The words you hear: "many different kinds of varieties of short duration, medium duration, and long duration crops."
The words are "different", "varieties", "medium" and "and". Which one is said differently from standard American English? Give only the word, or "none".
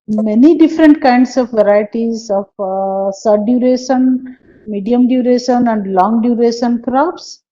none